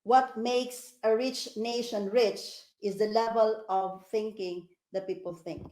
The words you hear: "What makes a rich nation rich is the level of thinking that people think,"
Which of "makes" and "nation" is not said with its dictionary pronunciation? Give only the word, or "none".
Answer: none